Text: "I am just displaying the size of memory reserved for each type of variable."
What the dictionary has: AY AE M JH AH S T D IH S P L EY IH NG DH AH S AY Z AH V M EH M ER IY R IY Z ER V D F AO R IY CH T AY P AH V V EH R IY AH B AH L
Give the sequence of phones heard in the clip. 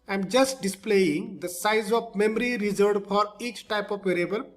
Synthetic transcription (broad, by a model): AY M JH AH S T D IH S P L EY IH NG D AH S AY Z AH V M EH M ER IY R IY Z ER D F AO R IY CH T AY P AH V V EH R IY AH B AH L